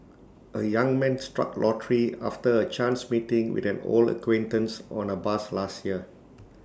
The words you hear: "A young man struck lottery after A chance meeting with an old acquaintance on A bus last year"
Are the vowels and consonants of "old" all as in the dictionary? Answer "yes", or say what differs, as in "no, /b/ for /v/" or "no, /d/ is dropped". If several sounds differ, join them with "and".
no, /d/ is dropped